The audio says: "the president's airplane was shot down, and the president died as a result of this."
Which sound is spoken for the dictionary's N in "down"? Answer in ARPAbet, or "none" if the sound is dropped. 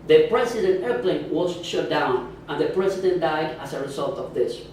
N